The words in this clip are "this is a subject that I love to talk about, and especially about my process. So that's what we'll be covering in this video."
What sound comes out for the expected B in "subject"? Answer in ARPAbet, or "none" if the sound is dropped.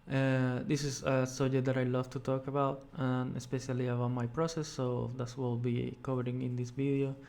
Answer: none